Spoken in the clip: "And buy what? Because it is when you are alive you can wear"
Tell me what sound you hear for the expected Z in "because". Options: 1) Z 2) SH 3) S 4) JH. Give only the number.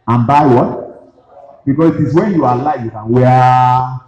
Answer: 3